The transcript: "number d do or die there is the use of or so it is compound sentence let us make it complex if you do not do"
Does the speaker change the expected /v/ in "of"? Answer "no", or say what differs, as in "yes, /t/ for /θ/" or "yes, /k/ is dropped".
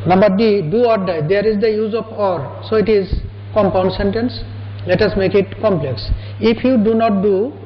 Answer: yes, /p/ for /v/